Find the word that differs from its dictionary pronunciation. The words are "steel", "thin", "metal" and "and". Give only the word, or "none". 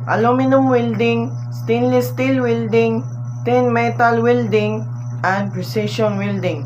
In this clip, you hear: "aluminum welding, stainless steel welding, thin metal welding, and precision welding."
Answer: thin